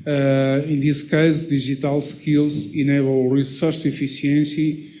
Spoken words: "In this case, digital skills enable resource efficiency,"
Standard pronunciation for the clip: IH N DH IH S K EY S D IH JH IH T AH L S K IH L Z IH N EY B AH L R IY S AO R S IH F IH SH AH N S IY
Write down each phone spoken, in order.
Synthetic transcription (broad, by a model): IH N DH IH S K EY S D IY ZH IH T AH L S K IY L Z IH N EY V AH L R IY S AO R S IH F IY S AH N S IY